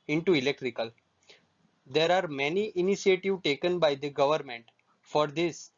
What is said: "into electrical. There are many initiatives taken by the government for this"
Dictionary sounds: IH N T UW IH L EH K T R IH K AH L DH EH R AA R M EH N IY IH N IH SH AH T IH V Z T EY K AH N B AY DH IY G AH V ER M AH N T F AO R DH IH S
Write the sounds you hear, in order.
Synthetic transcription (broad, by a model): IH N T UW IH L EH K T R IH K AH L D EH R AA R M EH N IY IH N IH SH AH T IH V T EY K AH N B AY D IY G AH V ER M AH N T F AO R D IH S